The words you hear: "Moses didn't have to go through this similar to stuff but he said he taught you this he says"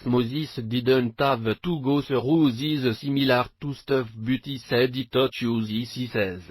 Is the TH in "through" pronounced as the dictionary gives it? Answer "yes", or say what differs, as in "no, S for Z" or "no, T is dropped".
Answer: no, S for TH